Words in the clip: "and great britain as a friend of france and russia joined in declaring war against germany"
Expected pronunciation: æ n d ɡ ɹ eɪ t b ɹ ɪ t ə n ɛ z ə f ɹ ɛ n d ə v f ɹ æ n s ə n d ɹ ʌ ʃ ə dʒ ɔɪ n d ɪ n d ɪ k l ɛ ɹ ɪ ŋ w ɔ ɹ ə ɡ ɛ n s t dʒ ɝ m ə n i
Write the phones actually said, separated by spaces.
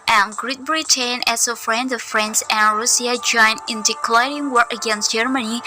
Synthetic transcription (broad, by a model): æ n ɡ ɹ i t b ɹ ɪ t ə n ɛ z ə f ɹ ɛ n d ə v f ɹ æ n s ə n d ɹ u s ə dʒ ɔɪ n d ɪ n d ɪ k l ɛ ɹ ɪ ŋ w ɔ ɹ ə ɡ ɛ n s t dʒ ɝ m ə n i